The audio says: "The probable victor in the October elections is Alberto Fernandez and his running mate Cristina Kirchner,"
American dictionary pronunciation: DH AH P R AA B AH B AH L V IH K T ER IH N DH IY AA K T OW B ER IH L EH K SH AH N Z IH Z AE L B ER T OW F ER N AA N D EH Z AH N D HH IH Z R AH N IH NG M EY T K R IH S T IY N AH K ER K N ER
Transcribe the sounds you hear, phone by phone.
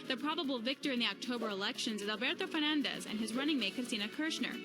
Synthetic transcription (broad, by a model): DH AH P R AA B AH B L V IH K T ER IH N DH IY AA K T OW B ER IH L EH K SH AH N Z IH Z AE L B ER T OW F ER N AA N D EH Z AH N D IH Z R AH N IH NG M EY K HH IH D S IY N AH K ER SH N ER